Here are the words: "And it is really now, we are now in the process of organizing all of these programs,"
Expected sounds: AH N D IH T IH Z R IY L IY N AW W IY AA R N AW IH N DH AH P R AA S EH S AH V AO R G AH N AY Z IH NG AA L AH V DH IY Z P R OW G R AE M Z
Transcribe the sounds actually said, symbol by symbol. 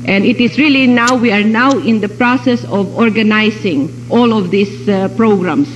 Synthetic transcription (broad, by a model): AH N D IH T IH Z R IY L IY N AW W IY AA R N AW IH N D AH P R AA S EH S AH V AO R G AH N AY S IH NG AA L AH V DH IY S P R OW G R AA M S